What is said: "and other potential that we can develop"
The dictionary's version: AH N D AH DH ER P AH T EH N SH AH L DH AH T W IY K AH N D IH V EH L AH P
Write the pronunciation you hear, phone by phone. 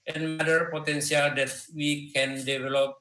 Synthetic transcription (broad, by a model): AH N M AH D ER P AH T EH N S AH L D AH T W IY K AH N D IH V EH L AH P